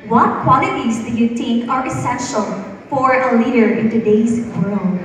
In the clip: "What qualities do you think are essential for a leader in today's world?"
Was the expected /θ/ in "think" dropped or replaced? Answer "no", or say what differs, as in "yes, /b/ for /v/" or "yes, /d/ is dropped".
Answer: yes, /t/ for /θ/